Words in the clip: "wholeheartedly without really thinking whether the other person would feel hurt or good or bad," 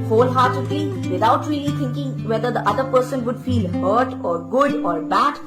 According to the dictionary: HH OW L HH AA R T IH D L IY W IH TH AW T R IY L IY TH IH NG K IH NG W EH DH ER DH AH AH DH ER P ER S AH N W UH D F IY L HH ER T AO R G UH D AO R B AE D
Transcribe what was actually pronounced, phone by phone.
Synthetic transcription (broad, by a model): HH OW L HH AA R T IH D L IY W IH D AW T R IY L IY T IH NG K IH NG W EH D ER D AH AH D ER P ER S AH N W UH D F IY L HH ER T AO R G UH D AO R B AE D